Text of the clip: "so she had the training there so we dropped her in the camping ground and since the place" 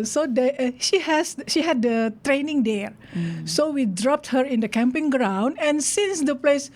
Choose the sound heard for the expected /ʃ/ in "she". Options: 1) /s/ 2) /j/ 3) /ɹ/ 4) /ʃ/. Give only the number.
4